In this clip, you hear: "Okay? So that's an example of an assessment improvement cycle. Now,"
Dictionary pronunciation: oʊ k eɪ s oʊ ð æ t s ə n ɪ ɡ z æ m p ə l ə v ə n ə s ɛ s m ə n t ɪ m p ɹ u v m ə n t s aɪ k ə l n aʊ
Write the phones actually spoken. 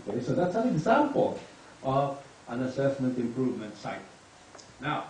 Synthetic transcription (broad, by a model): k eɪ s oʊ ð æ t s ə n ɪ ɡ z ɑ m p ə l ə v ə n ə s ɛ s m ə n t ɪ m p ɹ u v m ə n t s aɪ ə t n aʊ